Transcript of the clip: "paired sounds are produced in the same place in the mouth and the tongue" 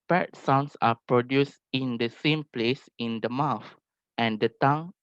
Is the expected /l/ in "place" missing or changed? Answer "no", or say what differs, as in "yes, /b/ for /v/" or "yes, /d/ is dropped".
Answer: no